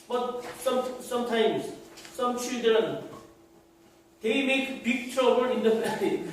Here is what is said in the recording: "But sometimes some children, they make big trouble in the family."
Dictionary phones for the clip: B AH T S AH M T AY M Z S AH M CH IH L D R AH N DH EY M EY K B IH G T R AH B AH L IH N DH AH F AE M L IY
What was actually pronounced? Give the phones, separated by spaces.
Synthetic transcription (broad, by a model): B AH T S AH M T AY M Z S AH M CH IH D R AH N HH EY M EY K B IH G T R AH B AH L IH N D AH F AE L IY